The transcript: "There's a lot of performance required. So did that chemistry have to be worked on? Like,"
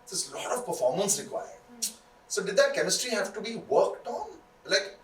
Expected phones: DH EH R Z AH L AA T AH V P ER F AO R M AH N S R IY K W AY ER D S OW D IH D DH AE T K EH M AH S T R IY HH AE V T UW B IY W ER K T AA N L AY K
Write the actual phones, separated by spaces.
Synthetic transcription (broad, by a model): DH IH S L AH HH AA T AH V P ER F AO R M AH N S R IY K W AY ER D S OW D IH D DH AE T K EH M AH S T R IY HH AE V T UW B IY W ER K T AA N L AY K